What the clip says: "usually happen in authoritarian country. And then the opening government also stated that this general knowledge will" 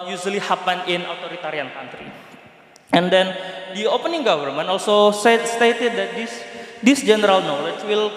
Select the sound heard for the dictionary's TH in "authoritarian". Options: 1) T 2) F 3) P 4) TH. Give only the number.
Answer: 1